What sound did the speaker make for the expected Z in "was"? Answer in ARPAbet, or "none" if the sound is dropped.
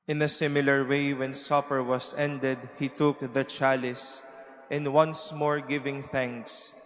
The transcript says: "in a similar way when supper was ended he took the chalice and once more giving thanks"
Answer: S